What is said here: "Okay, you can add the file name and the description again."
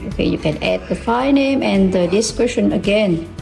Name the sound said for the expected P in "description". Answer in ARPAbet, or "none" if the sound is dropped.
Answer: none